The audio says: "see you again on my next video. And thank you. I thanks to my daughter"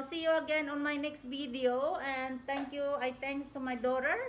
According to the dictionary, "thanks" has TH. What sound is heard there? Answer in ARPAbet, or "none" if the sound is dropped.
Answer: T